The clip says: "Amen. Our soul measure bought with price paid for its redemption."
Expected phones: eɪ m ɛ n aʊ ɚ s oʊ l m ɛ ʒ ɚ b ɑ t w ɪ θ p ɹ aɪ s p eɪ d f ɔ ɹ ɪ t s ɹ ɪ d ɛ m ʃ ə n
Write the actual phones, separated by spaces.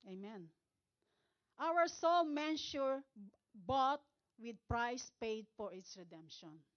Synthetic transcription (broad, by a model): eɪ m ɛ n aʊ ɚ s oʊ l m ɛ ʃ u b ɑ t w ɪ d p ɹ aɪ s p eɪ d f ɔ ɹ ɪ t s ɹ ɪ d ɛ m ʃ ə n